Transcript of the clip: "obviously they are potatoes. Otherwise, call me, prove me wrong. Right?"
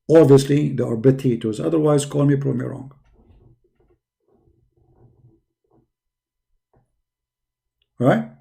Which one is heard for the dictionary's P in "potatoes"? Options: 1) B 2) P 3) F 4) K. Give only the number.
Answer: 1